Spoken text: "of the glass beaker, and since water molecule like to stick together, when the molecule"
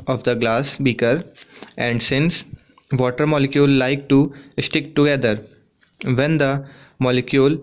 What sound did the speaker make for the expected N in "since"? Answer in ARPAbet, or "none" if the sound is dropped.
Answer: N